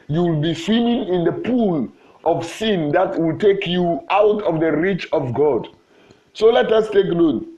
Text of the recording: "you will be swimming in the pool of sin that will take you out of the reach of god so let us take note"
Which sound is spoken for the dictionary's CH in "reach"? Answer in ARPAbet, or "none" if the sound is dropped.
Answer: CH